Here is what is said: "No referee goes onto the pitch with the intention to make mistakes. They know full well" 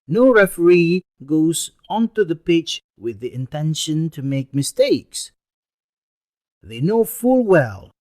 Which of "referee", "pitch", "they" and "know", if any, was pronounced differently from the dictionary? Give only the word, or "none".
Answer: none